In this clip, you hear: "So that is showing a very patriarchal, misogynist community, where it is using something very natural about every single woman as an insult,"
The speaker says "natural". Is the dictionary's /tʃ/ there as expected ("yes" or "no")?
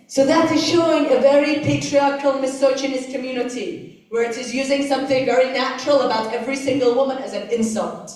yes